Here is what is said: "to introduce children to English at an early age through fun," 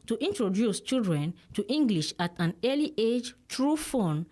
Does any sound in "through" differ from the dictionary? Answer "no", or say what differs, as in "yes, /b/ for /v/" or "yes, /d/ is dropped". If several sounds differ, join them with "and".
yes, /t/ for /θ/